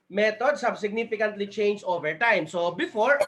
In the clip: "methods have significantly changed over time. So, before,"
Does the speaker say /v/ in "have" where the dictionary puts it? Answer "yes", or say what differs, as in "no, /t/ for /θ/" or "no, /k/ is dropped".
no, /b/ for /v/